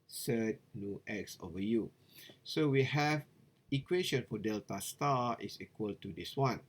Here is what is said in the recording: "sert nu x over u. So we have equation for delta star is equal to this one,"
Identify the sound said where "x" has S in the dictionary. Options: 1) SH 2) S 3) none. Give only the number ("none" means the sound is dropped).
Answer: 2